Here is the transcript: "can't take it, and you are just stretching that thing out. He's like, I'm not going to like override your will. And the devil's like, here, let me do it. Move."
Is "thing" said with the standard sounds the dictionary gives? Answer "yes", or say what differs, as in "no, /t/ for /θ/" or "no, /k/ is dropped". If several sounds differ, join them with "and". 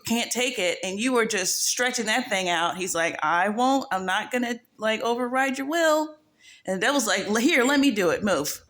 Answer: yes